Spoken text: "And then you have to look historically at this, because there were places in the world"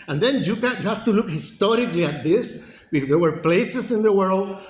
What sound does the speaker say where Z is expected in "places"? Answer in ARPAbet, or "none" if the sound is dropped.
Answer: S